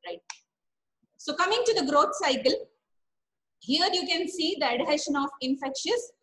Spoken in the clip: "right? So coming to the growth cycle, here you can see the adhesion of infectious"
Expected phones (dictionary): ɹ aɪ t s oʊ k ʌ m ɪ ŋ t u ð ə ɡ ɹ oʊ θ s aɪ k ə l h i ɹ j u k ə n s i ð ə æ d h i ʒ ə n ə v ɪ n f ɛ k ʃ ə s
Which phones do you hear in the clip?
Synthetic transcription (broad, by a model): ɹ aɪ t s oʊ k ʌ m ɪ ŋ t u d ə ɡ ɹ oʊ t s aɪ k ə l h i ɹ j u k ə n s i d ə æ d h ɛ ʃ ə n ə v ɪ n f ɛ k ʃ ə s